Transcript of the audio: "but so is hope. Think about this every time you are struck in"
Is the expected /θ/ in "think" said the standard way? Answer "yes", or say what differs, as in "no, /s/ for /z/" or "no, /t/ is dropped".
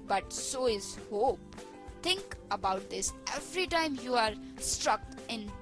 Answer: no, /t/ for /θ/